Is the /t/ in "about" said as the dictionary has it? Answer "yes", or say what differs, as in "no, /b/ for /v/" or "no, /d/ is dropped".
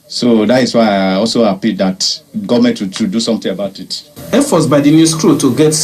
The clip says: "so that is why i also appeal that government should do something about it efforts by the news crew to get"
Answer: yes